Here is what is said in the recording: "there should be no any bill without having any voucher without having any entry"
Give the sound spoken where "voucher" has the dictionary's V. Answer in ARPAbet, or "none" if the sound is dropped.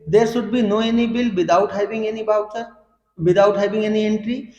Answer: B